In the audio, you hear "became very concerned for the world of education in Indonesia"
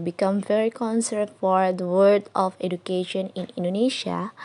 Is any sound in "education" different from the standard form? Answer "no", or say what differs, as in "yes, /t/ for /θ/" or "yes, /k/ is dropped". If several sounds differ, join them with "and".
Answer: no